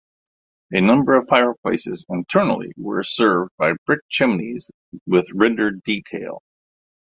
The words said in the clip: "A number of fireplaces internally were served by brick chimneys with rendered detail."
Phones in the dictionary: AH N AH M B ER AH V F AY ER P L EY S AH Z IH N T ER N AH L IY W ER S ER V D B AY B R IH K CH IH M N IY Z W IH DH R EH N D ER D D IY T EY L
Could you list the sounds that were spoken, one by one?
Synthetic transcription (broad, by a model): AH N AH M B ER AH V P AY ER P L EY S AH Z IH N T ER N L IY W ER S ER V D B AY B R IH K CH IH M N IY Z W IH DH R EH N D ER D D IY T EY L